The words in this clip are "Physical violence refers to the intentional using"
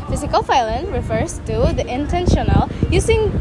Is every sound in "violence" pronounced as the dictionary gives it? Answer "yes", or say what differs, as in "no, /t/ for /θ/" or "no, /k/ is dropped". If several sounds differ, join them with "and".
no, /f/ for /v/ and /s/ is dropped